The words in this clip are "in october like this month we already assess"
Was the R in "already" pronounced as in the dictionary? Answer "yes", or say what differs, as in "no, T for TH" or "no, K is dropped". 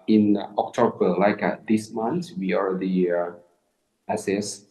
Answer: yes